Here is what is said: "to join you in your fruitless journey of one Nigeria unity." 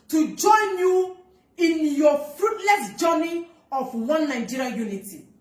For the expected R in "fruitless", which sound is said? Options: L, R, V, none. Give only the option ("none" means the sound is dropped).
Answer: R